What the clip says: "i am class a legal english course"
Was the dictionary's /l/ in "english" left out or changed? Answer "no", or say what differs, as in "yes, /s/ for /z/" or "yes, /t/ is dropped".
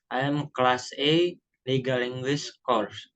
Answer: yes, /w/ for /l/